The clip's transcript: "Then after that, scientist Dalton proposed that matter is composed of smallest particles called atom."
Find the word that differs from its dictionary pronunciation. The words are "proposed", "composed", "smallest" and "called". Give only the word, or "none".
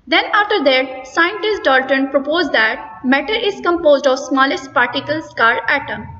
called